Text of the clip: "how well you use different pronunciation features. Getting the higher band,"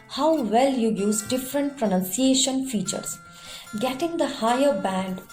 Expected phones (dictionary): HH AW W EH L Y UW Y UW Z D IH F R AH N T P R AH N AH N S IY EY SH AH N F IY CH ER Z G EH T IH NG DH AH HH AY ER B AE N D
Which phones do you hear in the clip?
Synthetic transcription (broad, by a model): HH AW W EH L Y UW Y UW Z D IH F R AH N T P R AH N AH N S IY EY SH AH N F IY CH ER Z G EH T IH NG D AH HH AY ER B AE N D